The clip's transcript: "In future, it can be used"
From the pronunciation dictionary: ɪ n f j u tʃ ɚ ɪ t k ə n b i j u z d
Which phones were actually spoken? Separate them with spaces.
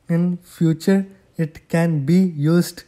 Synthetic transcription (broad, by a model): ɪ n f j u tʃ ɚ ɪ t k ə n b i j u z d